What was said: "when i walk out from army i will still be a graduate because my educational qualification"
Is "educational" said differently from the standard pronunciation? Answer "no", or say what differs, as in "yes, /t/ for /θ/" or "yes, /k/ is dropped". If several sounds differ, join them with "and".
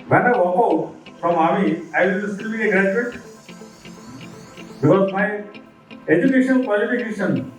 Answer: yes, /n/ is dropped and /n/ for /l/